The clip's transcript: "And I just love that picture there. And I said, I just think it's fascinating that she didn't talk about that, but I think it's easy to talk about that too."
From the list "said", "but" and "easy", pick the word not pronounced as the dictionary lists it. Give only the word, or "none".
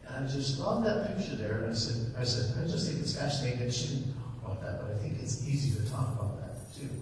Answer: none